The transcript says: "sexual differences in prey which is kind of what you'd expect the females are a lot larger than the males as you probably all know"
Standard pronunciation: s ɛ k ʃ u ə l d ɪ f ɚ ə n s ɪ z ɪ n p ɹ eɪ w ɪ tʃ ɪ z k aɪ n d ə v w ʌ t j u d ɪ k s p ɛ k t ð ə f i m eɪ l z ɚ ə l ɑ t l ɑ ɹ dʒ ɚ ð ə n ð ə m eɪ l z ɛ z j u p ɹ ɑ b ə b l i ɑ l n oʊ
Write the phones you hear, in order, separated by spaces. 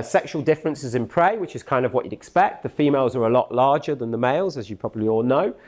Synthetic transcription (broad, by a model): s ɛ k ʃ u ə l d ɪ f ɚ ə n s ɪ z ɪ n p ɹ eɪ w ɪ tʃ ɪ z k aɪ n d ə v w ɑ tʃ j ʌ d ɪ k s p ɛ k t ð ə f i m eɪ l z ɚ ə l ɑ t l ɑ dʒ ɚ ð ə n ð ə m eɪ l z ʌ z j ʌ p ɹ ɑ b ə b l i ɑ l n oʊ